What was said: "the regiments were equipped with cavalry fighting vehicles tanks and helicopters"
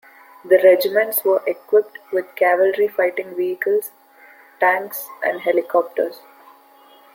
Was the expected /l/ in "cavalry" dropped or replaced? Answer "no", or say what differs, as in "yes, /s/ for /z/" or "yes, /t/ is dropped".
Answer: no